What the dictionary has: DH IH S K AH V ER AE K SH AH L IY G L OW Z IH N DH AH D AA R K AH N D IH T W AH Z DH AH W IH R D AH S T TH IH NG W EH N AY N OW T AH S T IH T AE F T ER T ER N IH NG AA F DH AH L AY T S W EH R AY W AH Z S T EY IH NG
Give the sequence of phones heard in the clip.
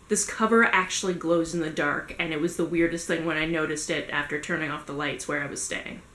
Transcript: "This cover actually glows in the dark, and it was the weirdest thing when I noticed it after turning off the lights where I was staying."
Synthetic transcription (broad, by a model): DH IH S K AH V ER AE K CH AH L IY G L OW Z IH N DH AH D AA R K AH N IH T W AH Z DH AH W IH R D AH S T TH IH NG W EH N AY N OW T AH S T IH T AE F T ER T ER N IH NG AA F DH AH L AY T S W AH R AY W AH Z S T EY IH NG